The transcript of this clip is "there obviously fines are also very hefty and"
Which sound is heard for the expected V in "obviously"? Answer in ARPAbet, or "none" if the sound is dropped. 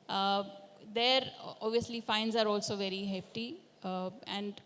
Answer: V